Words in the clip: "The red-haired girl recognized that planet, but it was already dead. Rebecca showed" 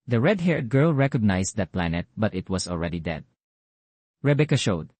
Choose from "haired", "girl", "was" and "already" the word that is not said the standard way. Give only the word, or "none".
was